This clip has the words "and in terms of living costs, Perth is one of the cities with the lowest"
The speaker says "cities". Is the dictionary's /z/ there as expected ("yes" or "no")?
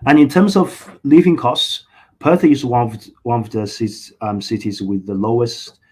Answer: yes